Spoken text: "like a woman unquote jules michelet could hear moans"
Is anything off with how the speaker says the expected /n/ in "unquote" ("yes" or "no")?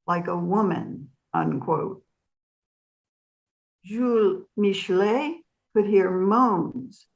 no